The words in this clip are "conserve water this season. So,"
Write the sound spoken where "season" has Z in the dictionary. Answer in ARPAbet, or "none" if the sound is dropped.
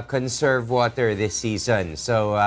Z